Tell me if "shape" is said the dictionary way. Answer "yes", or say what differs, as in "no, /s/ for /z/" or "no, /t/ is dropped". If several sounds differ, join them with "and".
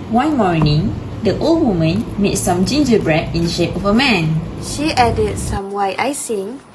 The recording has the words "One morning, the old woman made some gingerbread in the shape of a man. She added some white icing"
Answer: yes